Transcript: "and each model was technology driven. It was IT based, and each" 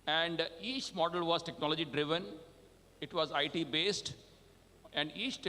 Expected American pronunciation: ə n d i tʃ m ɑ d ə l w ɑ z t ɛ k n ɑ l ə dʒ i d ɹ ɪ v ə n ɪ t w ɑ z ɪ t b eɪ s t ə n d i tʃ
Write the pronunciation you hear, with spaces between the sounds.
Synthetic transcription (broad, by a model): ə n d i tʃ m ɑ d ə l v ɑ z t ɛ k n ɑ l ə dʒ i d ɹ ɪ v ə n ɪ t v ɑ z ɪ t b eɪ s t ə n d i tʃ